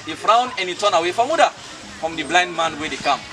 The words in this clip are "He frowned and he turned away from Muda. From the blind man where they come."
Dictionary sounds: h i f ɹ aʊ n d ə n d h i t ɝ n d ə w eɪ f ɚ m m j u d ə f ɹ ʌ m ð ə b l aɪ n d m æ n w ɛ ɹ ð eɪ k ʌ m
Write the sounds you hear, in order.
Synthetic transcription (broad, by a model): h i f ɹ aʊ n ə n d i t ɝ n ə w eɪ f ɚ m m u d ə f ɹ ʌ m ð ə b l aɪ n d m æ n w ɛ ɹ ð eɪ k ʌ m